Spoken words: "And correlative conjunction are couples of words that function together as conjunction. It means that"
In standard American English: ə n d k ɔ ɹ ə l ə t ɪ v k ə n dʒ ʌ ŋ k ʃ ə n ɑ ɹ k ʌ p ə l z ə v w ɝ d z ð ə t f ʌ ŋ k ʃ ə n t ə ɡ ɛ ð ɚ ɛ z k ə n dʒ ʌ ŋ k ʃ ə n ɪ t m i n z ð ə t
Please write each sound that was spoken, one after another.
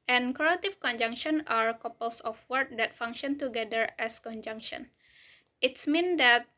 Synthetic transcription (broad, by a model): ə n k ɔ ə t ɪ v k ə n dʒ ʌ ŋ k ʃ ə n ɑ ɹ k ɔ p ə l s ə f w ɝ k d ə t f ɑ ŋ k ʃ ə n t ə ɡ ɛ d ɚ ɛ s k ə n dʒ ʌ ŋ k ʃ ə n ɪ t m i n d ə t